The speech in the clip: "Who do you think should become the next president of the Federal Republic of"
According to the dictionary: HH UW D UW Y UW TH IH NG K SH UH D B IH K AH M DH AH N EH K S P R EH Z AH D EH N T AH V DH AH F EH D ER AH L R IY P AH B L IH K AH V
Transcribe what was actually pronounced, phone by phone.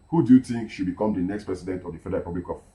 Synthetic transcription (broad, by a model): HH UW D UW Y UW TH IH NG K SH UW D B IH K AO M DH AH N EH K S P R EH S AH D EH N T AH V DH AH F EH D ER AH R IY P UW B L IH K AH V